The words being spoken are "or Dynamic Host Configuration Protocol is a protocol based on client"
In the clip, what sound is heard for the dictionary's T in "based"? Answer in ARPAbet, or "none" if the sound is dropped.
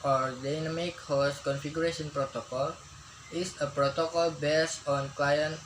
none